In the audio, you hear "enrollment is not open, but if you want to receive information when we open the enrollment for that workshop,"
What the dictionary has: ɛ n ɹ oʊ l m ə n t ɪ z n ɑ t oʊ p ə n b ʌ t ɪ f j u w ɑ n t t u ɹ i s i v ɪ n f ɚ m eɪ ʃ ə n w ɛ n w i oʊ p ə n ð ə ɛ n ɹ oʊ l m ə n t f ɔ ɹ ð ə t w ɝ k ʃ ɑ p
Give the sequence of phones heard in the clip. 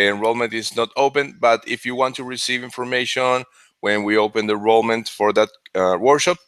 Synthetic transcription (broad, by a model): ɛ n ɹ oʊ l m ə n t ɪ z n ɑ t oʊ p ə n b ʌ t ɪ f j u w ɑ n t t u ɹ i s i v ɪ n f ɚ m eɪ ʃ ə n w ɛ n w i oʊ p ə n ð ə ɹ oʊ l m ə n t f ɔ ɹ ð ə t w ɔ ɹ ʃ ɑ p